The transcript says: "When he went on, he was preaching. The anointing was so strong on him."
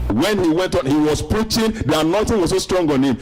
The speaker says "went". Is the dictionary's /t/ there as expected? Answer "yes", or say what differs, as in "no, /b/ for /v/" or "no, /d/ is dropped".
yes